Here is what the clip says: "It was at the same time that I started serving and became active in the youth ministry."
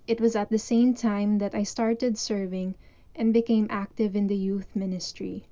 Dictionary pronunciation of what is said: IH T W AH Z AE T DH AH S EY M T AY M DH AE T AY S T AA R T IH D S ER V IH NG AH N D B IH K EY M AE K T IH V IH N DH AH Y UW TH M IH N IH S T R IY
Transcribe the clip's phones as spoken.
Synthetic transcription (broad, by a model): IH T W AH Z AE T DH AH S EY M T AY M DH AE T AY S T AA R T IH D S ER V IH NG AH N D B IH K EY M AE K T IH V IH N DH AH Y UW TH M IH N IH S T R IY